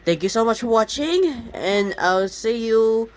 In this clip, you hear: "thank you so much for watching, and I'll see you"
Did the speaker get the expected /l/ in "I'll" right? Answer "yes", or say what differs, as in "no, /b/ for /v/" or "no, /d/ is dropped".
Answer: no, /w/ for /l/